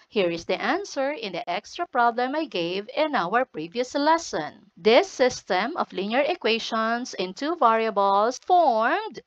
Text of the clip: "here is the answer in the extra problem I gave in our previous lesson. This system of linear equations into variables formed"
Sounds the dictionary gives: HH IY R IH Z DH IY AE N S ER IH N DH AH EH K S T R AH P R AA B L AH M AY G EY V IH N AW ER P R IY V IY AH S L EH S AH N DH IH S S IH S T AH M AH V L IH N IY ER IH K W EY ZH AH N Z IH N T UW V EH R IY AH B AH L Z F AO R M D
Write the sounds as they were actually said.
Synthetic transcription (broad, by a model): HH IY R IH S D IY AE N S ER IH N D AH EH K S T R AH P R AA B L AH M AY G EY V IH N AW ER P R IY V IY AH S L EH S AH N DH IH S S IH S T AH M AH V L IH N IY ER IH K W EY SH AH N S IH N T UW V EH R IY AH B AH L S F AO R M D